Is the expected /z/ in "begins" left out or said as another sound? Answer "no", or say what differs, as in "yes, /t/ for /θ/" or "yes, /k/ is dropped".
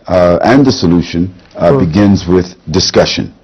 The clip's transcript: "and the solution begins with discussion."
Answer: no